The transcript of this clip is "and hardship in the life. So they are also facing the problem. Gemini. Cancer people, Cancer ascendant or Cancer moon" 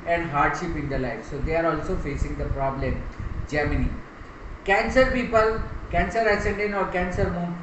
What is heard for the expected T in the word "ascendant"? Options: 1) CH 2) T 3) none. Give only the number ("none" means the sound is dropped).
3